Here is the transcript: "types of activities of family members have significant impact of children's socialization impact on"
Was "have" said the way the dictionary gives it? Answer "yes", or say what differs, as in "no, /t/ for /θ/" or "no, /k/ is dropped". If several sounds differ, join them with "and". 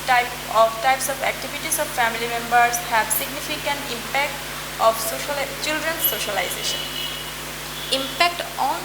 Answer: no, /b/ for /v/